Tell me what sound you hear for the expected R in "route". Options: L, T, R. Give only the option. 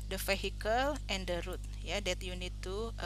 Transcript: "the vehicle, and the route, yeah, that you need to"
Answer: R